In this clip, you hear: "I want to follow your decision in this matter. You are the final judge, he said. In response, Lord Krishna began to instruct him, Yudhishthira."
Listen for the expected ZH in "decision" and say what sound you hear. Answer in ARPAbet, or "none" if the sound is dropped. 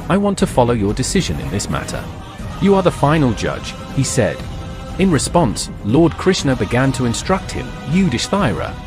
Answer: ZH